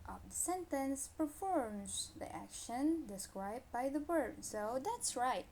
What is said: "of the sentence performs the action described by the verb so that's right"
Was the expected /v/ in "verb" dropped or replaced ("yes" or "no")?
yes